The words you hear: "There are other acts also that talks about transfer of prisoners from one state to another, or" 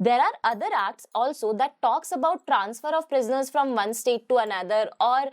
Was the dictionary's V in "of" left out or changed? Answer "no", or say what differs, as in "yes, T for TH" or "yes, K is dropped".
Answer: no